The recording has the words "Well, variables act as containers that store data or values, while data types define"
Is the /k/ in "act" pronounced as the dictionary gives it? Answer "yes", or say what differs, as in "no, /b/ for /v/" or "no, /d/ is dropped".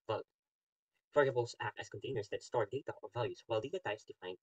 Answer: no, /k/ is dropped